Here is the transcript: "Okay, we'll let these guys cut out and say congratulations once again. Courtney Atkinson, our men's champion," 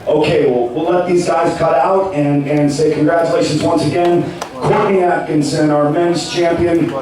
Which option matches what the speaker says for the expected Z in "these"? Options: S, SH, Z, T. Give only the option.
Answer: Z